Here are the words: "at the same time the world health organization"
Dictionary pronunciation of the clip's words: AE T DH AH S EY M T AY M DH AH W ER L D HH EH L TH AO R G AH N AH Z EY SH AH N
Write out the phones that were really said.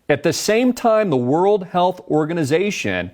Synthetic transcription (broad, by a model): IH T DH AH S EY M T AY M DH AH W ER L D HH EH L TH AO R G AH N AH Z EY SH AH N